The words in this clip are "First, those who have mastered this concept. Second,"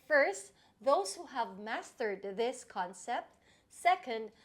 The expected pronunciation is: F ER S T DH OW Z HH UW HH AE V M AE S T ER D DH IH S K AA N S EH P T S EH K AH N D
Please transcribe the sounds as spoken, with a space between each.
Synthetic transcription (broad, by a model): F ER S T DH OW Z HH UW HH AE V M AE S T ER D DH IH S K AA N S EH P T S EH K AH N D